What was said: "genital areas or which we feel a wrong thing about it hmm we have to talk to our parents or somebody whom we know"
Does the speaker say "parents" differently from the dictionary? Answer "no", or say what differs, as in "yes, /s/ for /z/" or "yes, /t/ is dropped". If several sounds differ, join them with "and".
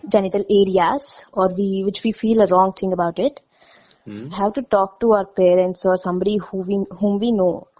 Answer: no